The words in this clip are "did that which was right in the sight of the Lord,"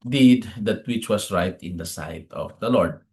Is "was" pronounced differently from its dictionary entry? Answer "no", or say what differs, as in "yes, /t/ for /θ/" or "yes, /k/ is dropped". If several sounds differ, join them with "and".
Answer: yes, /s/ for /z/